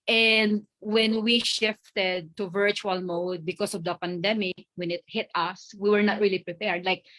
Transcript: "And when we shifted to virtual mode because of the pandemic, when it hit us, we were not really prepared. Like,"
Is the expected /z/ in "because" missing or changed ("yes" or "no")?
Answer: yes